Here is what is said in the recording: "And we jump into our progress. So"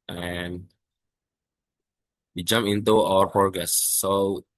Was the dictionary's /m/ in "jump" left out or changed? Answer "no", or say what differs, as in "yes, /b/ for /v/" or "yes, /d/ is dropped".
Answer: no